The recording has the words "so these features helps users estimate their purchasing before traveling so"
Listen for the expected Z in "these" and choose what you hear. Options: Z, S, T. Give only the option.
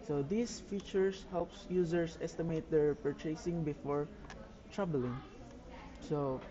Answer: S